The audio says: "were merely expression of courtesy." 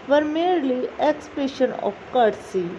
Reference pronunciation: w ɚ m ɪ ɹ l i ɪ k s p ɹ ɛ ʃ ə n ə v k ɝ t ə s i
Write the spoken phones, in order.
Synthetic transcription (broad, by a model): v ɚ m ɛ ɹ l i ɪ k s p ɛ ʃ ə n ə p k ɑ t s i